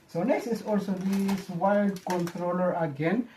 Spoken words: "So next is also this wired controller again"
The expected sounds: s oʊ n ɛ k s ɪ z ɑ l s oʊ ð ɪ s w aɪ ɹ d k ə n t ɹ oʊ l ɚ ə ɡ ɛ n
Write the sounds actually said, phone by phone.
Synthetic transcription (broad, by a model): s oʊ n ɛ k s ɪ s ɑ l s oʊ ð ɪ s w aɪ l d k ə n t ɹ oʊ l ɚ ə ɡ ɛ n